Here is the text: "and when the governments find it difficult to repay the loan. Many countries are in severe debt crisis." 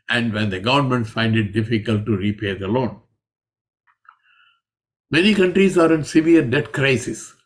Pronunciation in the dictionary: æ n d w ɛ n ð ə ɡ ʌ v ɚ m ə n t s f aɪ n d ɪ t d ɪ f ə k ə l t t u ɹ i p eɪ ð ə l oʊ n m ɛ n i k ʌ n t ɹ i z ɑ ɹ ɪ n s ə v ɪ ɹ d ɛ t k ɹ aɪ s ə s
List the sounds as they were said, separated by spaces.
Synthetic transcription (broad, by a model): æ n d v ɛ n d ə ɡ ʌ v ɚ m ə n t f aɪ n d ɪ t d ɪ f ə k ə l t t u ɹ i p eɪ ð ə l oʊ n m ɛ n i k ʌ n t ɹ i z ɑ ɹ ɪ n s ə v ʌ ɹ d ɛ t k ɹ aɪ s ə s